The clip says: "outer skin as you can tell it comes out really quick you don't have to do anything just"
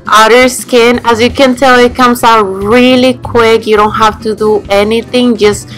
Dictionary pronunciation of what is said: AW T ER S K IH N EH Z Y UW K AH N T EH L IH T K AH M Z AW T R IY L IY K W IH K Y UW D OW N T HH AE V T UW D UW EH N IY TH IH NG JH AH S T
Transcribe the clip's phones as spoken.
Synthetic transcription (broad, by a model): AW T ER S K IH N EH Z Y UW K AH N T EH L IH T K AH M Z AW T R IY L IY K W IH K Y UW D OW N T HH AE F T UW D UW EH N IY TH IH NG JH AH S T